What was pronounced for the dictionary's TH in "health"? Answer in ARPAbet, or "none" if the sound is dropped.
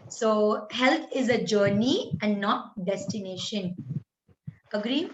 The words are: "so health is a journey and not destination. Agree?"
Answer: T